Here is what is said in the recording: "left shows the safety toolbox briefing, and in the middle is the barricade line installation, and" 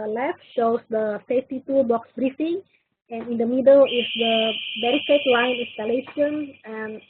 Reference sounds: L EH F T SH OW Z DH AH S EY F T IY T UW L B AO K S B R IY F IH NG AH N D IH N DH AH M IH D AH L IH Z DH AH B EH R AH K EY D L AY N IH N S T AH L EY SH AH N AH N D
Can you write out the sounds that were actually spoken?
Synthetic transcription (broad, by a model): L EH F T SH OW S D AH S EY F T IY T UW B AO K S B R IY F IH NG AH N IH N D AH M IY D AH L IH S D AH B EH R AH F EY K L AY N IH N S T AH L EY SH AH N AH N